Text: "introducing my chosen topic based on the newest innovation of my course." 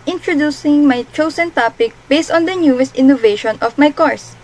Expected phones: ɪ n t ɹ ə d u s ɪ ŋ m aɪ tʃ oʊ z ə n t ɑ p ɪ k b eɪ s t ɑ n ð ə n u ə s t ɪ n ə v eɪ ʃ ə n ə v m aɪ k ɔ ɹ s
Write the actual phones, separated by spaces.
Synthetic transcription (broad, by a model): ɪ n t ɹ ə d u s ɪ ŋ m aɪ tʃ oʊ s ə n t ɑ p ɪ k b eɪ s t ɑ n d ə n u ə s t ɪ n ə v eɪ ʃ ə n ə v m aɪ k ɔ ɹ s